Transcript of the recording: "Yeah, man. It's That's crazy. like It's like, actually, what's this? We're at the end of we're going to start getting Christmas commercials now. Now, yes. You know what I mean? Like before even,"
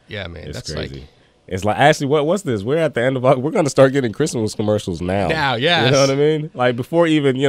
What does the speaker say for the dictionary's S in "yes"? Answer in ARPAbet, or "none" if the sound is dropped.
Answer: none